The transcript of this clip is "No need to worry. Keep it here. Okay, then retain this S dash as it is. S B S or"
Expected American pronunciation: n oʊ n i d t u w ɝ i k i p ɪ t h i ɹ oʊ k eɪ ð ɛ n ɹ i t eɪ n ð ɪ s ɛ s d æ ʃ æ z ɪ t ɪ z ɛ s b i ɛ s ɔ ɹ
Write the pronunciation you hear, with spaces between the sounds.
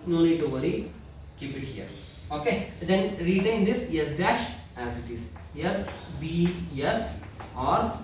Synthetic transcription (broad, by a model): n oʊ n i d t u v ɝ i k i p ɪ t h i ɹ oʊ k eɪ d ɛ n ɹ i t eɪ n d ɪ s ɛ s d æ ʃ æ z ɪ t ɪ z ɛ s b i ɛ s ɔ ɹ